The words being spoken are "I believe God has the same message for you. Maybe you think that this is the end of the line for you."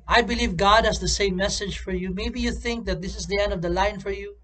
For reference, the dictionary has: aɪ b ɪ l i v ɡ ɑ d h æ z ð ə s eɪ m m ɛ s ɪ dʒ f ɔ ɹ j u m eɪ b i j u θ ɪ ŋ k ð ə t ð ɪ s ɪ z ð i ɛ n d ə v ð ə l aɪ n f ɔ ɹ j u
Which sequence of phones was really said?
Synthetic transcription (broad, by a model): aɪ b ɪ l i v ɡ ɑ d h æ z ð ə s eɪ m m ɛ s ɪ dʒ f ɔ ɹ j u m eɪ b i j u θ ɪ ŋ k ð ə t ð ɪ s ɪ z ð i ɛ n d ə v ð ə l aɪ n f ɔ ɹ j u